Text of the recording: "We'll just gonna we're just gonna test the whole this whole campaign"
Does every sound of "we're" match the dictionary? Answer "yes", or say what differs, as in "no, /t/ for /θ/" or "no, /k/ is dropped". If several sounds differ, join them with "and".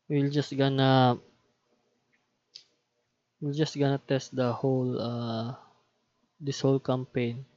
no, /l/ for /ɹ/